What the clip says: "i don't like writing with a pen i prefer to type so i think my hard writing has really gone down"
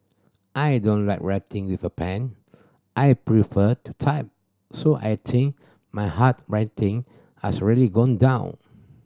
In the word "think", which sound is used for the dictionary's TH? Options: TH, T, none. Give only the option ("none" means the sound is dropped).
T